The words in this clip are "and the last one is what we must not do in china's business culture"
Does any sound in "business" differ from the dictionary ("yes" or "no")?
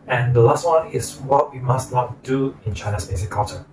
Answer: yes